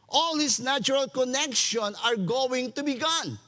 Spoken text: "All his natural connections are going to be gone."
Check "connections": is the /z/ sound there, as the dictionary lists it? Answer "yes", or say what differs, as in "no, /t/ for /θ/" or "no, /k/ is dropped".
no, /z/ is dropped